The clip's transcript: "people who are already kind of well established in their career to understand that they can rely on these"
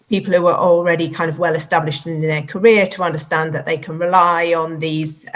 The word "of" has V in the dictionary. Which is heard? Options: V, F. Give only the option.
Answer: V